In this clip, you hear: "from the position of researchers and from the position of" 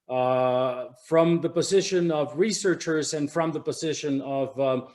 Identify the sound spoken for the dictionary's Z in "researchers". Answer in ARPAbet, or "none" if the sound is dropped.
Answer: Z